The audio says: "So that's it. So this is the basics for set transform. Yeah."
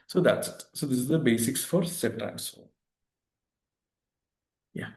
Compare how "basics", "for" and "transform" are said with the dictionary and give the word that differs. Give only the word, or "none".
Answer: transform